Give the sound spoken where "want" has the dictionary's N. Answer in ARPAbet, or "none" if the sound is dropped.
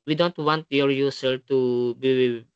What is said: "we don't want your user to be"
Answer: N